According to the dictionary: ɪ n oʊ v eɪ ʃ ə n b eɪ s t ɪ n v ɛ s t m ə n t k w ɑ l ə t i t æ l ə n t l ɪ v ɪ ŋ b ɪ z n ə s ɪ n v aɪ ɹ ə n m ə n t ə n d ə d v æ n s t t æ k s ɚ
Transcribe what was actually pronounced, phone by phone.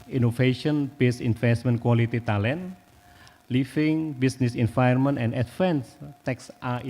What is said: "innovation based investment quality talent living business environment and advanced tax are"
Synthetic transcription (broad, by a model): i n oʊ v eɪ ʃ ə n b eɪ s ɪ n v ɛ s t m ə n k w ɑ l ə t i t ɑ l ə n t l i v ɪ ŋ b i s n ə s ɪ n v aɪ ə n m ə n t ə n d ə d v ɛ n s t t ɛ k s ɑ